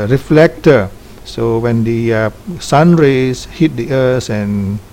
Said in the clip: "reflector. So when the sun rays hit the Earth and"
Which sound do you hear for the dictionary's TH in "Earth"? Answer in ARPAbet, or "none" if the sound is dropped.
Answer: S